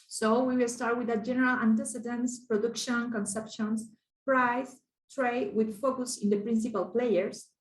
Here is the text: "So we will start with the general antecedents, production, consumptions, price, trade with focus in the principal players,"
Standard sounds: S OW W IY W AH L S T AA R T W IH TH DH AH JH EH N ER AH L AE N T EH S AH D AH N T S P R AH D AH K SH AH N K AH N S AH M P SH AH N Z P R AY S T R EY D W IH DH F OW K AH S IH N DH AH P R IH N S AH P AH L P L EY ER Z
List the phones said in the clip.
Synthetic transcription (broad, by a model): S OW W IY W AH L S T AA R T W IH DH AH JH EH N ER AH L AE N T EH S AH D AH N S P R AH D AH K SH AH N K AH N S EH P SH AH N S P R AY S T R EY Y W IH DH F OW K AH S IH N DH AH P R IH N S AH P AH L P L EY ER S